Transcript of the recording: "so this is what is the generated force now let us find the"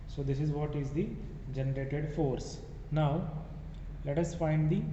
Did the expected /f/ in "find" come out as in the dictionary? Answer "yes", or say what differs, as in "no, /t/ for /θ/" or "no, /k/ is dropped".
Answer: yes